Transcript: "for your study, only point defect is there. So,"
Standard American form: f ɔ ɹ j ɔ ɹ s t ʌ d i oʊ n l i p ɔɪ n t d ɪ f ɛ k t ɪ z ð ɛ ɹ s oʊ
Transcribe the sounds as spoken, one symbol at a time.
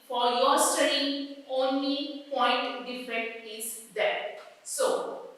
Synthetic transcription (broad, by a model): f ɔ ɹ j ɔ ɹ s t ʌ d i oʊ n l i p ɔɪ n t d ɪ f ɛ t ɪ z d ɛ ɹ s oʊ